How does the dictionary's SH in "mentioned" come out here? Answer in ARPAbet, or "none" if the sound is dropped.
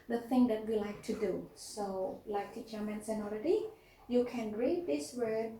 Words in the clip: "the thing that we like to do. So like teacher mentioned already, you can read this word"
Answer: S